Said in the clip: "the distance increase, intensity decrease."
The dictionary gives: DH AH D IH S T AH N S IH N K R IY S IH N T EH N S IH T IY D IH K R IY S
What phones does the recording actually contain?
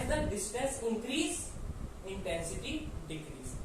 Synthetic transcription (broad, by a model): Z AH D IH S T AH S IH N K R IY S IH N T EH N S IH T IY D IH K R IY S